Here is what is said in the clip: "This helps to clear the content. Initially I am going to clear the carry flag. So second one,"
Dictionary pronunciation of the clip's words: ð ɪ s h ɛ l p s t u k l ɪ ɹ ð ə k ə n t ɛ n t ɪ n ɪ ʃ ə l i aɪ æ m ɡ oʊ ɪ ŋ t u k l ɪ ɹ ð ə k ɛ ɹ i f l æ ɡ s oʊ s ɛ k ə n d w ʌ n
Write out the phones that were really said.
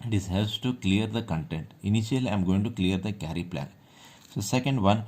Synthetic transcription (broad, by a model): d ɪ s h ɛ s t u k l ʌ ɹ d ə k ə n t ɛ n t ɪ n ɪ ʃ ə l i aɪ m ɡ oʊ ɪ ŋ t u k l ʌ ɹ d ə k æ ɹ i p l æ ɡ s oʊ s ɛ k ə n d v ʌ n